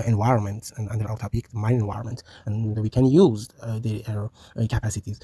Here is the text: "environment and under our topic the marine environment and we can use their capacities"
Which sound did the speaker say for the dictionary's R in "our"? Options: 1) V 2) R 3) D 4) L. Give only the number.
4